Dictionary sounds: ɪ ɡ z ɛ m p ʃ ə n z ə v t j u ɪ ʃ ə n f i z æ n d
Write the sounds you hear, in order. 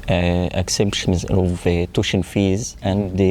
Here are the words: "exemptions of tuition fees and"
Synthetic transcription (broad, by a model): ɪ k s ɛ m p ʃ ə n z ə v t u ʃ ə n f i z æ n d